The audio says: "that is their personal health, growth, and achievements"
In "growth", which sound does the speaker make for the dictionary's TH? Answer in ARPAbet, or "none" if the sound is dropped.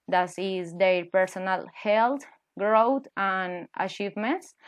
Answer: T